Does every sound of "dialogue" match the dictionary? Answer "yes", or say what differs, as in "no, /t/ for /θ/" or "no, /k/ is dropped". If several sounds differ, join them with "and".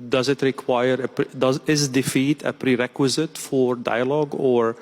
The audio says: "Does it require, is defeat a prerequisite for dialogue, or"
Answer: yes